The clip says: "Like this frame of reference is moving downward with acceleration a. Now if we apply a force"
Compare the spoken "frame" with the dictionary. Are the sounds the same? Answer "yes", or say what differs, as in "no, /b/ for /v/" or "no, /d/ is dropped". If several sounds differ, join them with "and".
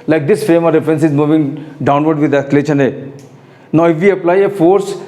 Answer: no, /ɹ/ is dropped